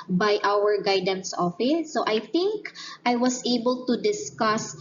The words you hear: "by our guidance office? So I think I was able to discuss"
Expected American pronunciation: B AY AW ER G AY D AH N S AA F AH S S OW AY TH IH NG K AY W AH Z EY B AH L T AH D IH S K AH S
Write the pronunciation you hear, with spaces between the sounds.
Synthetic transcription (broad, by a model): B AY AW ER G AY D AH N S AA F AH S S OW AY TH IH NG K AY W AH S EY B AH L T AH D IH S K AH S